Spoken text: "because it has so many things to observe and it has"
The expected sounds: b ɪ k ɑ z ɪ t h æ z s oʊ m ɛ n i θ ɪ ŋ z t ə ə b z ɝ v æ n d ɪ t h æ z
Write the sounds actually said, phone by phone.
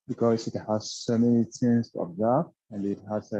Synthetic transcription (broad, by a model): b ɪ k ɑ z ɪ t h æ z s oʊ m ɛ n i t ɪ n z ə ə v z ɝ f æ n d ɪ t h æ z